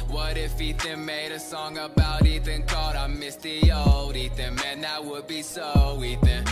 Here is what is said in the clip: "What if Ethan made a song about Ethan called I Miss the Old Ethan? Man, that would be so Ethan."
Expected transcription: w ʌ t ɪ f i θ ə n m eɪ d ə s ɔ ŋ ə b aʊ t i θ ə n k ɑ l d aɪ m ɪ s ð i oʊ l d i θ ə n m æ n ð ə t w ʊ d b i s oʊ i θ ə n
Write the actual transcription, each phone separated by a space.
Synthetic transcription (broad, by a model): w ʌ t ɪ f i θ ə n m eɪ d ə s ɔ ŋ ə b aʊ t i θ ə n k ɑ d aɪ m ɪ s ð i oʊ l d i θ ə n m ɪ n ð ə t w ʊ d b i s oʊ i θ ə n